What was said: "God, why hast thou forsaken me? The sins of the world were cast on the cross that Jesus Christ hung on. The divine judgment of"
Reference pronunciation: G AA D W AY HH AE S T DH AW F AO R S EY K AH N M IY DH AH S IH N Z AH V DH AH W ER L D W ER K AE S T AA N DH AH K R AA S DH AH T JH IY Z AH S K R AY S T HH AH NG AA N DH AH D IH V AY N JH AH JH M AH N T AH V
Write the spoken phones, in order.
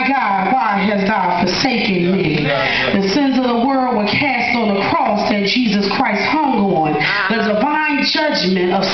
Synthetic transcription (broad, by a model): G AA D W AY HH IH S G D F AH R S EY K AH N M IY DH AH S IH N Z AH V DH AH W ER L D W ER K AE S T N DH AH K R AA S DH AH T JH IY Z AH S K R AY S T HH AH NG AA N DH AH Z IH V AY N JH AH JH M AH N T AH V